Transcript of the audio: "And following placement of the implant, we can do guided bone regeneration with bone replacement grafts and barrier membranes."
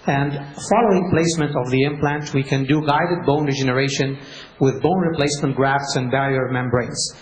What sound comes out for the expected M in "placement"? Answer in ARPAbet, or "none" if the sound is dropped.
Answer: M